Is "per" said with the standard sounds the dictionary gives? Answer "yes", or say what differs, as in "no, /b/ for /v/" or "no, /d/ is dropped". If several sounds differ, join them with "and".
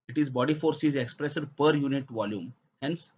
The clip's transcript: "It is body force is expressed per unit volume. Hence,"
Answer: yes